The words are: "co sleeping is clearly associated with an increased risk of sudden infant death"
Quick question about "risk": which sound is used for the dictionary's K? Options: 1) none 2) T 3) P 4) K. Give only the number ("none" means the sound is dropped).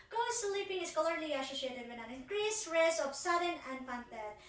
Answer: 1